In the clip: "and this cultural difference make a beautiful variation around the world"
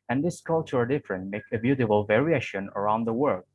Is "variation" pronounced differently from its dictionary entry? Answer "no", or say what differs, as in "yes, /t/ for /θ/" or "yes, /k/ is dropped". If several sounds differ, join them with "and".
no